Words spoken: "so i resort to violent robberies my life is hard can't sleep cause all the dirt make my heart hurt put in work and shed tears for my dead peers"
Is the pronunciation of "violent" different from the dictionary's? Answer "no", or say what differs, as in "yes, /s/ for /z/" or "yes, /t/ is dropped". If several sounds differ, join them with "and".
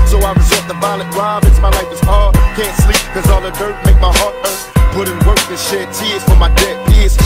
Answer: yes, /b/ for /v/